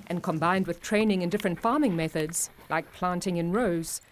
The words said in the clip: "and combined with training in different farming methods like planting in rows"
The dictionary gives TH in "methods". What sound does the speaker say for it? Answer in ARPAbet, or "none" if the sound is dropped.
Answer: TH